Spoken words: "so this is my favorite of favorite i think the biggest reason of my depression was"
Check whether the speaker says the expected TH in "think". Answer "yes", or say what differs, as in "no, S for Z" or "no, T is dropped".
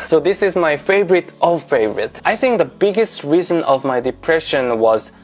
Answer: yes